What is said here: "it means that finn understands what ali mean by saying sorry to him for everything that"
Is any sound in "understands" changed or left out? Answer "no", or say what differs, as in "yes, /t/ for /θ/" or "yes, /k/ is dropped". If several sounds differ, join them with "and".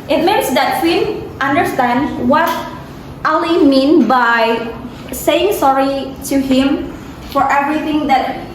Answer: yes, /z/ is dropped